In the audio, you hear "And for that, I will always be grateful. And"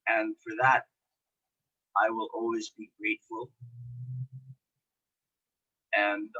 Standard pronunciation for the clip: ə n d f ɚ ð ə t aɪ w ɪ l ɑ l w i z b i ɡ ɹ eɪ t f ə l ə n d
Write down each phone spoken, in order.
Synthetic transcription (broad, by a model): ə n f ɚ ð ə t aɪ w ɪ l ɑ l w i z b i ɡ ɹ eɪ t f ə l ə n